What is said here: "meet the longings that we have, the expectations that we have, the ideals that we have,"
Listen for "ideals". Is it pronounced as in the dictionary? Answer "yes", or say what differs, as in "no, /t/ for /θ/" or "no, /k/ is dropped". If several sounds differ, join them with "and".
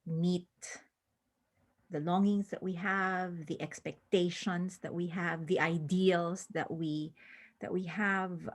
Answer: no, /s/ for /z/